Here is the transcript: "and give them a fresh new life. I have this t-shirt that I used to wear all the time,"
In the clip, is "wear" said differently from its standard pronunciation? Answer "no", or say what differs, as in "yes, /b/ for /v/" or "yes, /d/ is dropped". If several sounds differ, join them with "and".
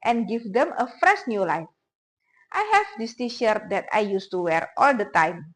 no